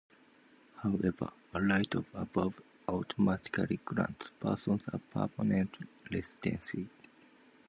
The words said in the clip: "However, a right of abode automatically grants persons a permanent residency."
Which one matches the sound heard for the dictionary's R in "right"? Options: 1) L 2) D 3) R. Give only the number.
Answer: 1